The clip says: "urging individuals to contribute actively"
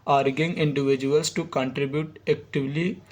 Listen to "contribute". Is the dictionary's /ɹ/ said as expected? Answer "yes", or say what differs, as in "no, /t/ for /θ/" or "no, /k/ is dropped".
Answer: yes